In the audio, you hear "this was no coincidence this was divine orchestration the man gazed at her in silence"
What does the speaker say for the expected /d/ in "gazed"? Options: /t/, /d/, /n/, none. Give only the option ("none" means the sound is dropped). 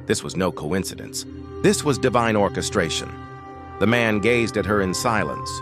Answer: /d/